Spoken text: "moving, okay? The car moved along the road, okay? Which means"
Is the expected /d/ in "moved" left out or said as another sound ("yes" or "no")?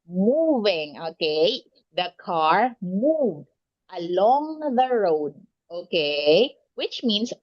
no